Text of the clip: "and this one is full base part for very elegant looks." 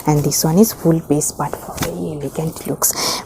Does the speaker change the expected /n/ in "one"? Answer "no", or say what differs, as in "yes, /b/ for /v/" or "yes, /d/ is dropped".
no